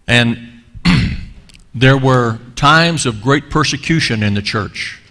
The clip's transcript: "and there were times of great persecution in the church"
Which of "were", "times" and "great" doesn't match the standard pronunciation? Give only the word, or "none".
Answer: none